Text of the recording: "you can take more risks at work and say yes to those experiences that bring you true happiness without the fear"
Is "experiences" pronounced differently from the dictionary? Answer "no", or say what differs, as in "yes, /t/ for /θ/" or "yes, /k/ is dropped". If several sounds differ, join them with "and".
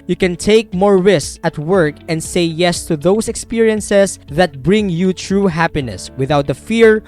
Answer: yes, /s/ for /z/